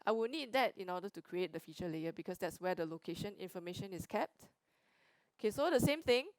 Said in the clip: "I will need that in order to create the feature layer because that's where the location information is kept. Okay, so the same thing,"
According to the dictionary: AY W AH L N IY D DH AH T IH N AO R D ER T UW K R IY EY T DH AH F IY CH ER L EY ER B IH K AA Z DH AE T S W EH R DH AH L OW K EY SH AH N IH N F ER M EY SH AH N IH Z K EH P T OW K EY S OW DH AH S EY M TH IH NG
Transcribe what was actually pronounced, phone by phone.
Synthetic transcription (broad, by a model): AY W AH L N IY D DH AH T IH N AO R D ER T UW K R IY EY T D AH F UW CH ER L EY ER B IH K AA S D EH T S W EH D AH L OW K EY SH AH N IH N F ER M EY SH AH N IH S K EH P T OW K EY S OW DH AH S EY M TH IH NG